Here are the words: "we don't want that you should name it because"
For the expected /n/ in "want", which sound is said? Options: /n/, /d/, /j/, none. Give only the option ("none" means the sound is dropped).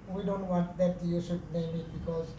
/n/